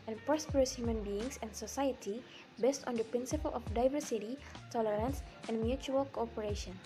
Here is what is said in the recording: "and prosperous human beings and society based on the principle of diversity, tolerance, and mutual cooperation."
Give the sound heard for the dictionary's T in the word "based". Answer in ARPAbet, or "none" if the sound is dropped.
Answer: T